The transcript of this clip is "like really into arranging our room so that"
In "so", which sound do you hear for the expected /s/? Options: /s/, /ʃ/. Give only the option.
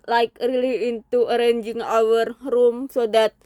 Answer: /s/